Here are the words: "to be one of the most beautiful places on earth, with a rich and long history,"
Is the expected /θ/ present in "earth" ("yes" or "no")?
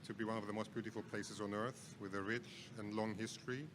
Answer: yes